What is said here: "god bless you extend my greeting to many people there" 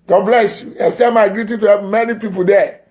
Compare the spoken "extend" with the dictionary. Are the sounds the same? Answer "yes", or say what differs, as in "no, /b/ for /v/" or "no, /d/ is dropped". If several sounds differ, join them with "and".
no, /k/ is dropped